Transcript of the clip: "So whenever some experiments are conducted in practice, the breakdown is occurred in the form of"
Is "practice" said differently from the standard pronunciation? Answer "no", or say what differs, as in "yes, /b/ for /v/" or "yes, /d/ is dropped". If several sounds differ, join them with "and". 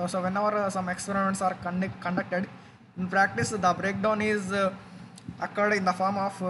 no